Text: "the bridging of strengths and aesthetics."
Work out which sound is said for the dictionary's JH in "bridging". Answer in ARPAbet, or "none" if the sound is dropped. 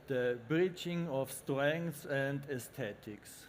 CH